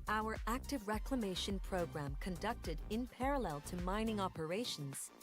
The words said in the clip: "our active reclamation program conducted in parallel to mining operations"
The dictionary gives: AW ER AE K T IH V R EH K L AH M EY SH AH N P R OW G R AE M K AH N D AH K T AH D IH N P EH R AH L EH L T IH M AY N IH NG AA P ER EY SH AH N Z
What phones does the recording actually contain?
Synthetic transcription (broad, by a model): AW ER AE K T IH V R EH K L AH M EY SH AH N P R OW G R AE M K AH N D AH K T AH D IH N P EH R AH L EH L T IH M AY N IH NG AA P ER EY SH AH N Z